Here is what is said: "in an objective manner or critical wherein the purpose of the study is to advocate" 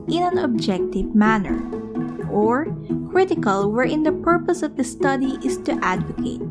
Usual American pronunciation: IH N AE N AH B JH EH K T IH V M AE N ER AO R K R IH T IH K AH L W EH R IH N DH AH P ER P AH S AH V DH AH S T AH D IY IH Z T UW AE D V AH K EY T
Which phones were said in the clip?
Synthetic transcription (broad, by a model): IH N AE N AH B JH EH K T IH V M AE N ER AO R K R IH T IH K AH L W EH R IH N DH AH P ER P AH S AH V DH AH S T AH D IY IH S T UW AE D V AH K EY T